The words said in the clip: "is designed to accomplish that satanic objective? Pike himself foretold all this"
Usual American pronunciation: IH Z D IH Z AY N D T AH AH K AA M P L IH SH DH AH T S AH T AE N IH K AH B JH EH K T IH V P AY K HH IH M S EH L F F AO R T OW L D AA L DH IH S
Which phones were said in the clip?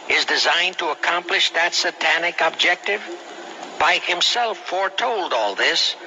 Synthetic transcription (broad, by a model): IH Z D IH Z AY N T AH AH K AA M P L IH SH DH AH T S AH T AE N IH K AH B JH EH K T IH V B AY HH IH M S EH L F F AO R T OW L D AA L DH IH S